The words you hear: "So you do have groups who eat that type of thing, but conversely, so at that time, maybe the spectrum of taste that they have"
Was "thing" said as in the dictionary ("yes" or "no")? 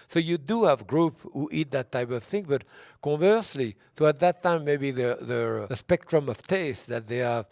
yes